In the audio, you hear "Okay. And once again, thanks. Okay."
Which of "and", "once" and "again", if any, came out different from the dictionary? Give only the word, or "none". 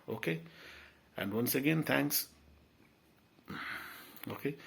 none